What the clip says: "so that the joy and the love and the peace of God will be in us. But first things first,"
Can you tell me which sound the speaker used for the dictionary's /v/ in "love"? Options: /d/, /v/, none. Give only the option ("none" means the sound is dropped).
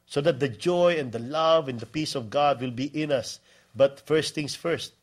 /v/